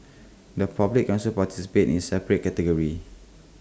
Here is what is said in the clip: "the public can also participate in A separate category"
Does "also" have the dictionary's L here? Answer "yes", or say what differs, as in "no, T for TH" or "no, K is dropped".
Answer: no, W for L